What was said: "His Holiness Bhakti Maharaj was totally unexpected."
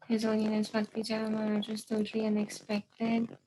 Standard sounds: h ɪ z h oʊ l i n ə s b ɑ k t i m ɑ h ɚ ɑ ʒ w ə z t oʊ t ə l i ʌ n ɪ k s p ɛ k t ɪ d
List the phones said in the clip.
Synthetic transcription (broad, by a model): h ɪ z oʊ n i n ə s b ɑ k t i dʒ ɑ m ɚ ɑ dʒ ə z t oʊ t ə l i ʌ n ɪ k s p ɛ k t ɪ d